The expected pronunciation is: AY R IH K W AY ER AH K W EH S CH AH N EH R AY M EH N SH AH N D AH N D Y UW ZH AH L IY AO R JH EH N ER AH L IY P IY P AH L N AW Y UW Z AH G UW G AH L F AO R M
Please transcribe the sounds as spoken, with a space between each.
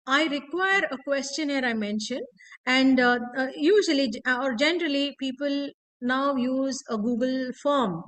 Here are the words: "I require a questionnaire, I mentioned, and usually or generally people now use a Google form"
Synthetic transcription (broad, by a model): AY R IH K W AY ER AH K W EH S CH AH N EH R AY M EH N SH AH N D AH N D Y UW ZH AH L IY AO R JH EH N ER AH L IY P IY P AH L N AW Y UW Z AH G UW G AH L F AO R M